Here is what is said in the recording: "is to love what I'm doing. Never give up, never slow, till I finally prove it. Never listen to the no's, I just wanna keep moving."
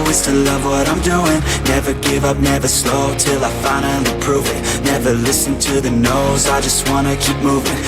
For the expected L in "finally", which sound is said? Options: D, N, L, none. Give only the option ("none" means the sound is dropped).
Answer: N